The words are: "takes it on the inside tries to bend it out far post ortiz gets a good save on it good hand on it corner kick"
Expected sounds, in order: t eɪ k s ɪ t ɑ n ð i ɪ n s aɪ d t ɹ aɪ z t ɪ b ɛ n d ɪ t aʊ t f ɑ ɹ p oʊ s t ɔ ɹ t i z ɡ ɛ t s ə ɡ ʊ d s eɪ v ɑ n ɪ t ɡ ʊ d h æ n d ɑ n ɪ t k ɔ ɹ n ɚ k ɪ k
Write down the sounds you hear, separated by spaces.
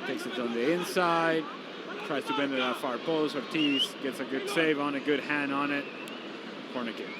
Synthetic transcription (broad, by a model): t eɪ k s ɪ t n ð i ɪ n s aɪ d t ɹ aɪ z t ɪ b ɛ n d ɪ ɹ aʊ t f ɑ ɹ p oʊ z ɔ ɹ t i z ɡ ɛ t s ə ɡ ʊ d s eɪ v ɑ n ɪ t ɡ ʊ d h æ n ɑ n ɪ t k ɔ ɹ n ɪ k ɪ